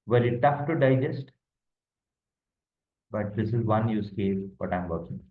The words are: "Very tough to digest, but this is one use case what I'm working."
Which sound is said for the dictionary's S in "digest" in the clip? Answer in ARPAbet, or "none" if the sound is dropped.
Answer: S